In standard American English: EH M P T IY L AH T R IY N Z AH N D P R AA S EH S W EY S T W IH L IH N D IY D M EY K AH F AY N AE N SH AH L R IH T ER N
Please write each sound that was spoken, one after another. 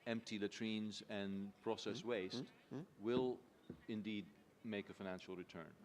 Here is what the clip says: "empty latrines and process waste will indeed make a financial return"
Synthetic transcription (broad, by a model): EH M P T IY L AH T R IY N Z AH N P R AA S EH S W EY S T W IH L IH N D IY D M EY K AH F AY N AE N SH L R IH T ER N